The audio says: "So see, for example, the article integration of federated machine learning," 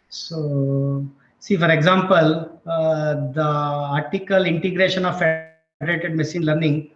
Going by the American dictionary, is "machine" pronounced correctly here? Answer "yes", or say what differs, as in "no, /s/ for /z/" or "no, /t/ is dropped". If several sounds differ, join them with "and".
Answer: no, /s/ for /ʃ/